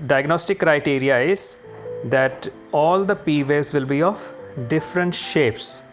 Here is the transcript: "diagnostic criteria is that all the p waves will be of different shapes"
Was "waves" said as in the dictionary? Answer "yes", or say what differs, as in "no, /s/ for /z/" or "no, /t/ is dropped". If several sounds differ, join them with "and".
no, /v/ is dropped